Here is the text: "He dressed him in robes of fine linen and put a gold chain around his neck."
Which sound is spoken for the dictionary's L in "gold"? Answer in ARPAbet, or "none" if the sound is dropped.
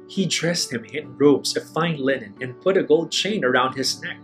L